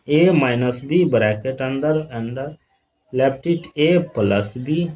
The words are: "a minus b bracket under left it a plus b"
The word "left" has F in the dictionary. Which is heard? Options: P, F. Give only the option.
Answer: P